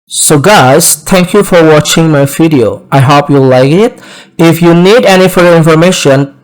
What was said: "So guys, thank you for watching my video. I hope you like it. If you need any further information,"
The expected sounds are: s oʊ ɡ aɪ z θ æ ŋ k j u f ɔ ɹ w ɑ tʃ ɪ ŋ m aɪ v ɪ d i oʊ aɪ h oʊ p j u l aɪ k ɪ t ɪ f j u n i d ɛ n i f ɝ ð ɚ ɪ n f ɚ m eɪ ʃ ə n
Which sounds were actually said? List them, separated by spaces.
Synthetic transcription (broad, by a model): s oʊ ɡ aɪ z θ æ ŋ k j u f ɔ ɹ w ɑ tʃ ɪ ŋ m aɪ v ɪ d i oʊ aɪ h oʊ p j u l aɪ k ɪ t ɪ f j u n i d ɛ n i f ɝ ð ɚ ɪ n f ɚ m eɪ ʃ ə n